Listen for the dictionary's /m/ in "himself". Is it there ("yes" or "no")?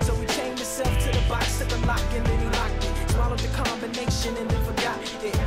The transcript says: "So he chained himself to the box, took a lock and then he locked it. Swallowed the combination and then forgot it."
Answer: no